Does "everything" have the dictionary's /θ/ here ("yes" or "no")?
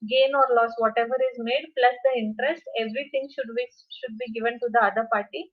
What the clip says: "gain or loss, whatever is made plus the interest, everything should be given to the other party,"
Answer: no